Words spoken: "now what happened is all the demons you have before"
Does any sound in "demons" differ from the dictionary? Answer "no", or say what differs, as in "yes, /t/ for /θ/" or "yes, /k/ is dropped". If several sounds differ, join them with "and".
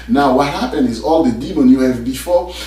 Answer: yes, /z/ is dropped